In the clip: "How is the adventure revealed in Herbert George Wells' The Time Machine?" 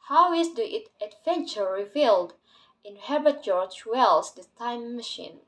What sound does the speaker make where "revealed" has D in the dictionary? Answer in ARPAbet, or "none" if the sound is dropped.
D